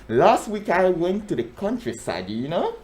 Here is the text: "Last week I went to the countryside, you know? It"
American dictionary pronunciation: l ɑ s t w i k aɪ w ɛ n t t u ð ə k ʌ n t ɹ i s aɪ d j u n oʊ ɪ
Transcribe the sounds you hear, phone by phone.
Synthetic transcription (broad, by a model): l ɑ s t w i k aɪ w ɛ n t t u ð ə k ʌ n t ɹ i s aɪ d j u n oʊ